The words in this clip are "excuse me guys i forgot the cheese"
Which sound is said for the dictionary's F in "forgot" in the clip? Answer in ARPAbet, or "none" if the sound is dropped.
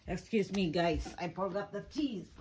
P